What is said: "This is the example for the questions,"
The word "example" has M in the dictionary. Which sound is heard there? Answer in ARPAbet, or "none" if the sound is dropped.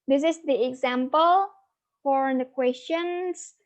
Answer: M